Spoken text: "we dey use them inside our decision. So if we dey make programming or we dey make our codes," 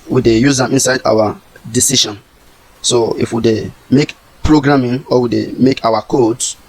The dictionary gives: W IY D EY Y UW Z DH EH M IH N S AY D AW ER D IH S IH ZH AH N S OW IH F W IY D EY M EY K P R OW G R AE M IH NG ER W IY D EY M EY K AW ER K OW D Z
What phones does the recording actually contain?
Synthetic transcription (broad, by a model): W IY D EY Y UW Z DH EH M IH N S AY D AW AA D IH S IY SH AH N S OW IH F W IY D EY M EY K P R OW G R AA M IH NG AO W IY D EY M EY K AW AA K OW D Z